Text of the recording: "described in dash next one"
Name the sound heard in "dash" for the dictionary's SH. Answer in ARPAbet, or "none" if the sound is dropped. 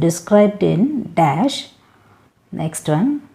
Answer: SH